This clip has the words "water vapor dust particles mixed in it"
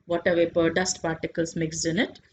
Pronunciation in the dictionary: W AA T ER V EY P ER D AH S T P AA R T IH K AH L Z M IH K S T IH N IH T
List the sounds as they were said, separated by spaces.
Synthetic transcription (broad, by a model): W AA T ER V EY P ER D AH S T P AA R T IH K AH L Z M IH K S IH N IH T